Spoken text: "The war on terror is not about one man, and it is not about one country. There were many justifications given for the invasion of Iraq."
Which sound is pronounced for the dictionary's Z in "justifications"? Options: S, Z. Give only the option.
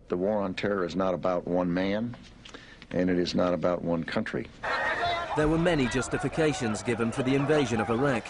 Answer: Z